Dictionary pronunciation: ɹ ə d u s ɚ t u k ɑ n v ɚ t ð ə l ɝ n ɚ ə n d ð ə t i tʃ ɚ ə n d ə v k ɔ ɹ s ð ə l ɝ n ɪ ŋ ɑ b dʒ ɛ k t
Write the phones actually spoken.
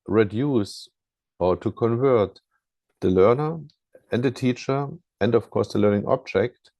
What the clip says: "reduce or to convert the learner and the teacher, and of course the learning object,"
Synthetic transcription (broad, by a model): ɹ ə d u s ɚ t u k ɑ n v ɚ t ð ə l ɝ n ɚ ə n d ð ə t i tʃ ɚ ə n d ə f k ɔ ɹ s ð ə l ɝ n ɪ ŋ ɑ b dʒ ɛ k t